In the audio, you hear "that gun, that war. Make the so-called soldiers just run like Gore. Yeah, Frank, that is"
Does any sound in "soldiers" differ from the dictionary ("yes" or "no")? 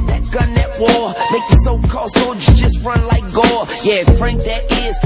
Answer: yes